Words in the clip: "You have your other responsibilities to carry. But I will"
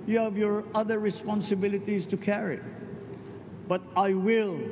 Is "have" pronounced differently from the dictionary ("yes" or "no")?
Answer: no